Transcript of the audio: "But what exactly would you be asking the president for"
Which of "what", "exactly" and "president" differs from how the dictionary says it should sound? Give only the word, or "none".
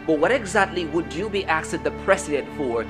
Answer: president